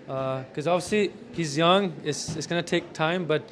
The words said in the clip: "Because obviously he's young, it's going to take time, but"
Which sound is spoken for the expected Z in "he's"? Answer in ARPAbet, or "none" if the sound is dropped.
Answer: Z